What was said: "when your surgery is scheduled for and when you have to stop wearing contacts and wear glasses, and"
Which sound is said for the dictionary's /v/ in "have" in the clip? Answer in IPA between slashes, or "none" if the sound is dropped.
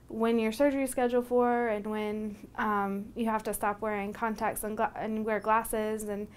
/f/